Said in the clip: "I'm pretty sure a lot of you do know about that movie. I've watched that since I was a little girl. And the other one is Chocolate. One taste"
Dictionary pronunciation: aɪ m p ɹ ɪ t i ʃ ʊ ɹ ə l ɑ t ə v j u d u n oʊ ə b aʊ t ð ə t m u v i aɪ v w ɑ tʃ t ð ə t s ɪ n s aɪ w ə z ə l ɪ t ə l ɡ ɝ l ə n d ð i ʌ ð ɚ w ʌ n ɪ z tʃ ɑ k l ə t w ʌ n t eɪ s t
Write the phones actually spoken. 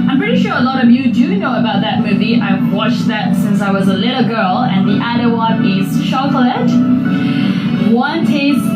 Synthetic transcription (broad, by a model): aɪ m p ɹ ɪ t i ʃ ʊ ɹ ə l ɑ t ə v j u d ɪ n oʊ ə b aʊ t ð ə t m u v i aɪ v w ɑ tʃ ð ə t s ɪ n s aɪ w ə z ə l ɪ t l ɡ ɝ l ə n ð i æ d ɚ w ʌ n ɪ z ʃ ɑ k l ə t w ʌ n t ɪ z